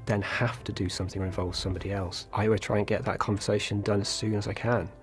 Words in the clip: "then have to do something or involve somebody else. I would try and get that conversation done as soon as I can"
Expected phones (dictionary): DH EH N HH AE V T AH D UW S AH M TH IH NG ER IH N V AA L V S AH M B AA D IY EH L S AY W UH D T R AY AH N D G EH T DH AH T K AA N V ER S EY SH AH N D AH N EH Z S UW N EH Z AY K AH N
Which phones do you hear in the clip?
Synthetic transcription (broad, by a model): DH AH N HH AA F T AH D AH S AH M TH IH NG ER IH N V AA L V S AH M B AA D IY EH L S AY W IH T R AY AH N G EH T DH AH T K AA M V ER S EY SH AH N D AH N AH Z S UW N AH Z AY K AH N